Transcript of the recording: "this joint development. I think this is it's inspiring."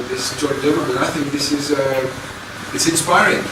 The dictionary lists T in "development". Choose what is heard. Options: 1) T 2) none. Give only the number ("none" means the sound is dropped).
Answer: 2